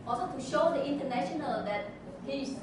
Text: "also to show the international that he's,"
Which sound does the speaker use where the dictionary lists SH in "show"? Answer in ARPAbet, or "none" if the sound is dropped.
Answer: SH